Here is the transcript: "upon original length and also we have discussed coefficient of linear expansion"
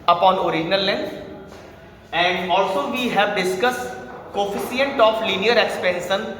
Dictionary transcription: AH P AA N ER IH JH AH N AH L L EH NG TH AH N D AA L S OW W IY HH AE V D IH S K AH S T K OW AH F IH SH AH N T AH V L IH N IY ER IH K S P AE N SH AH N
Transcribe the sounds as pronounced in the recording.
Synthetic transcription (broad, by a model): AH P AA N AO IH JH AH N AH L L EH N AH N D AA L S OW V IY HH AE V D IH S K AH S T K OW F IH S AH N T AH F L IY N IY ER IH K S P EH N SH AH N